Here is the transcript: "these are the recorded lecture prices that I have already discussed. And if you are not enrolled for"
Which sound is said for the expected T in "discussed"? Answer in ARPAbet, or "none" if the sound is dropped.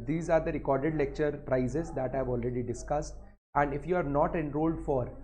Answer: T